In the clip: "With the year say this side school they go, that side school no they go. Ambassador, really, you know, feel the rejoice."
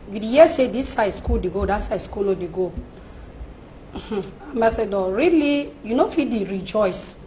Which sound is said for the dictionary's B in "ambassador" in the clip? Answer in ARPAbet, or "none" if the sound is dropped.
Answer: none